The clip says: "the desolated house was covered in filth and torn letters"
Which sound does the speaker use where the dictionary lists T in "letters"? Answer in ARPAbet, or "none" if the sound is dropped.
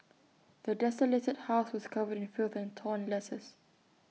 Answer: S